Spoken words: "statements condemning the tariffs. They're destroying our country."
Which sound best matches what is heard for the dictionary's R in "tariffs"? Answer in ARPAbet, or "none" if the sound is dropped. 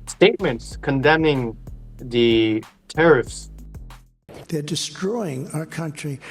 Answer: R